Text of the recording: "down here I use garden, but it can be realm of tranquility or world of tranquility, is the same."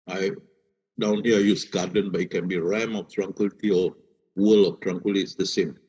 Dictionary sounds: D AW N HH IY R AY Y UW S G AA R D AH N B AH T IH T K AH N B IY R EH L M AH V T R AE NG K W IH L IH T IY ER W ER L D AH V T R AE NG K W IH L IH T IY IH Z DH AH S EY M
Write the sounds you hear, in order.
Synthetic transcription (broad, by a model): D AW N HH IY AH AY Y UW S G AA D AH N B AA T IH T K AH N B IY R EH M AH F T R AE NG K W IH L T IY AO W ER L AH F T R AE NG K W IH L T IY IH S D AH S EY M